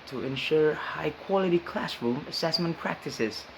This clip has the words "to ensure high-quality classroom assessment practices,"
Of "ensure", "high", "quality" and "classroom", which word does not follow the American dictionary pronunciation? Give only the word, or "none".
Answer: none